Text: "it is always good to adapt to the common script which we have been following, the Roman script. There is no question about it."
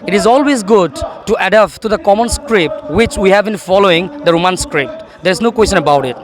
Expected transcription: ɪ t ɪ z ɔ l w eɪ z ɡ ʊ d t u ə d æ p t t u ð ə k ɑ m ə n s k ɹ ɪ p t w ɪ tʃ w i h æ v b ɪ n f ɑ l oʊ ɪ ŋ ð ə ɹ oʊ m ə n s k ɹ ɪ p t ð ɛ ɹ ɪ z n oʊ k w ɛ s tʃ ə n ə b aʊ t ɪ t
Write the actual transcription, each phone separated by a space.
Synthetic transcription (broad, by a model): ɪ t ɪ z ɔ l w eɪ z ɡ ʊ d t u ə d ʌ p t t u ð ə k ɑ m ə n s k ɹ ɪ p t w ɪ tʃ w i h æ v b ɪ n f ɑ l oʊ ɪ ŋ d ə ɹ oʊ m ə n s k ɹ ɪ p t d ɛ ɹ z n oʊ k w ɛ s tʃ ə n ə b aʊ t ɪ t